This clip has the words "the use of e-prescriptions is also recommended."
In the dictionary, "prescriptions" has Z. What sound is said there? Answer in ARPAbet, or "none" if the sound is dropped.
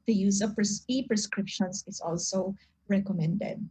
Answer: S